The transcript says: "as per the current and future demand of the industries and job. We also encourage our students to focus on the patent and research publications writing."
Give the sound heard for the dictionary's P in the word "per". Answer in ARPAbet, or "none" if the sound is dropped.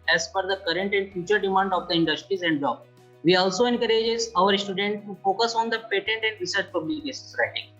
F